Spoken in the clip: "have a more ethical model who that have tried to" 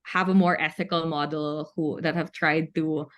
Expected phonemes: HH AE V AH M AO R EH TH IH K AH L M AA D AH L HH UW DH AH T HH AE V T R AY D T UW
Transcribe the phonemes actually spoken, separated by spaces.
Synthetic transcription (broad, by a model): HH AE V AH M AO R EH TH IH K AH L M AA D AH L HH UW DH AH T HH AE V T R AY D T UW